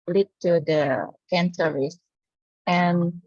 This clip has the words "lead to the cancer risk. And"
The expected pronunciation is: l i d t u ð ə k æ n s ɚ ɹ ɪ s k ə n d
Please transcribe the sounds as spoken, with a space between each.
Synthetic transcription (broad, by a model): l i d t u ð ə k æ n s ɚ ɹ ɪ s ə n